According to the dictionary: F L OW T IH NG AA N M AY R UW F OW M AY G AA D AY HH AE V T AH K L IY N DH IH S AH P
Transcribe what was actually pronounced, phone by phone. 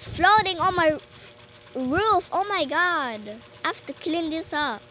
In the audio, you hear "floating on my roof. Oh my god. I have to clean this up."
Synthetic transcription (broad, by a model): F L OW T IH NG AA N M AY R UW F OW M AY G AA D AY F T AH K L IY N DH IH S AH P